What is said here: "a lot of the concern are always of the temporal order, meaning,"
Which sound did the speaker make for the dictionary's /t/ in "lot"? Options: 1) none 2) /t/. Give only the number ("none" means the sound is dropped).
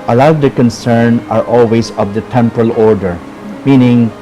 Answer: 1